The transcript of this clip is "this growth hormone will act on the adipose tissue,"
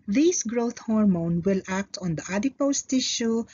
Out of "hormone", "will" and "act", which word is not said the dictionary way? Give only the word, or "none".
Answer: none